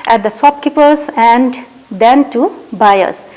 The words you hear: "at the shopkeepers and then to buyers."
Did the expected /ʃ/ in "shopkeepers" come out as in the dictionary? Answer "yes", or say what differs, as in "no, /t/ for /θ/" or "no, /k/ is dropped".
no, /s/ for /ʃ/